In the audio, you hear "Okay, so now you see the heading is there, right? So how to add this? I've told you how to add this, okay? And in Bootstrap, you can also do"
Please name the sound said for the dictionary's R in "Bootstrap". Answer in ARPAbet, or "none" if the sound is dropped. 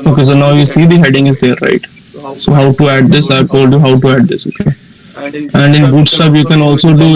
none